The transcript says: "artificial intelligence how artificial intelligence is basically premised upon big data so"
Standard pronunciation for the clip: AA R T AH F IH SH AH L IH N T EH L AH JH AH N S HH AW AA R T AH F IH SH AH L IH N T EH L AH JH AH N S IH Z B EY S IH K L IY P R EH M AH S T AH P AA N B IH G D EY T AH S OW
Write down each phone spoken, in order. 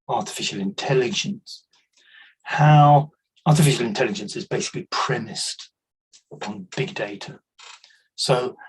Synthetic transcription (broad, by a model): AA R T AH F IH SH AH L IH N T EH L AH JH AH N S HH AW AA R T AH F IH SH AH L IH N T EH L AH JH AH N S IH Z B EY S IH K L IY P R EH M AH S T AH P AA N B IH G D EY T AH S OW